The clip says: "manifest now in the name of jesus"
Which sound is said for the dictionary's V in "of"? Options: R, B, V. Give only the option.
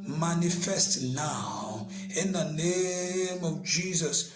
V